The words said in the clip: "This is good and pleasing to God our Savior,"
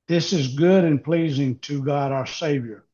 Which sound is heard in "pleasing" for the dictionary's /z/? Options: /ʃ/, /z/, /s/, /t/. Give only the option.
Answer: /z/